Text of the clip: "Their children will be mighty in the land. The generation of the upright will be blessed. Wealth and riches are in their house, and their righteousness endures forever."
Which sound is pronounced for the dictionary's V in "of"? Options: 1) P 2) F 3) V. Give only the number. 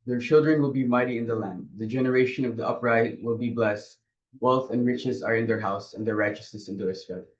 3